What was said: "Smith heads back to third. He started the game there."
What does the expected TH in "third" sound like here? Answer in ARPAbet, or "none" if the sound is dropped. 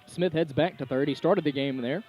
TH